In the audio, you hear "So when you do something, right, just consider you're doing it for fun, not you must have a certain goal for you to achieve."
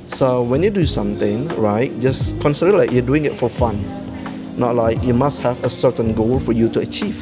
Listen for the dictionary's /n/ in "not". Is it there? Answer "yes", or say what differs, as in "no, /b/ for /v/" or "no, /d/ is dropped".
no, /l/ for /n/